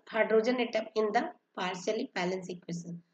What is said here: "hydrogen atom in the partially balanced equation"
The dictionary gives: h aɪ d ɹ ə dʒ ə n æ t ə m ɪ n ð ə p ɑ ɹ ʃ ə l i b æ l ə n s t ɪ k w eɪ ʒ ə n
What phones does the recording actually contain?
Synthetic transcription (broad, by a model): h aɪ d ɹ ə dʒ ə n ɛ t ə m ɪ n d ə p ɑ ɹ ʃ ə l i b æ l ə n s ɪ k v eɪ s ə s